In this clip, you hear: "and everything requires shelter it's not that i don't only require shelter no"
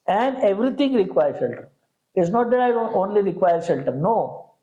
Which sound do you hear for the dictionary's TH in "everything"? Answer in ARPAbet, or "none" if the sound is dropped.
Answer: T